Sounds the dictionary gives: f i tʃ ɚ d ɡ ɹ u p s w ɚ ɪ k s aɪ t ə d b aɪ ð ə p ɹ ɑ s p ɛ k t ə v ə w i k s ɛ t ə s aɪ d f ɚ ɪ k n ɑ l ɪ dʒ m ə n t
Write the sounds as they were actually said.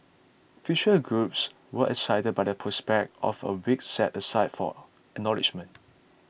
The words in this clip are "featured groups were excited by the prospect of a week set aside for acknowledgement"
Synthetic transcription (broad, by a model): f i ʃ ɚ ɡ ɹ u p s w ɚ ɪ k s aɪ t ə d b aɪ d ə p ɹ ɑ s p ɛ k t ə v ə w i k s ɛ t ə s aɪ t f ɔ ɪ k n ɑ l ɪ dʒ m ə n t